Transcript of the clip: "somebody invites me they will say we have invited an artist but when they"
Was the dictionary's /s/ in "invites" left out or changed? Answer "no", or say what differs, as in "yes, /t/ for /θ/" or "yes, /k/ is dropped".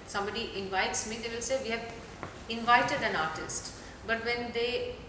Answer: no